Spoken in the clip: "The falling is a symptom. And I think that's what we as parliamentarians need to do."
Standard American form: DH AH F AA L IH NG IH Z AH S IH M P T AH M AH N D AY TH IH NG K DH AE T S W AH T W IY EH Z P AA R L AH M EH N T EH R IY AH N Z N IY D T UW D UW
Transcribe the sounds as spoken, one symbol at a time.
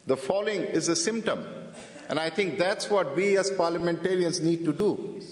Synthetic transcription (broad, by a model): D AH F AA L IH NG IH Z AH S IH M P T AH M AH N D AY T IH NG K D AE T S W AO T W IY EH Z P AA R L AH M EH N T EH R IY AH N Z N IY D T UW D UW